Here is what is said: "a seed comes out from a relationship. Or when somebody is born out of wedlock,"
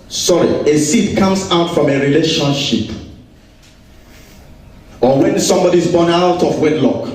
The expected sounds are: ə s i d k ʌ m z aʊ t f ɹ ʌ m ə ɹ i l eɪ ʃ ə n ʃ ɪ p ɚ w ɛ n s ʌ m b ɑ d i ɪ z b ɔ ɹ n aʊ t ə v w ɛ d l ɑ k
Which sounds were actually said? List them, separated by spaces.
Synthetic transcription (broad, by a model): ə s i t k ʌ m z aʊ t f ɹ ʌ m ə ɹ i l eɪ ʃ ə n ʃ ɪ p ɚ w ɛ n s ʌ m b ɑ d i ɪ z b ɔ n aʊ t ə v w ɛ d l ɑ k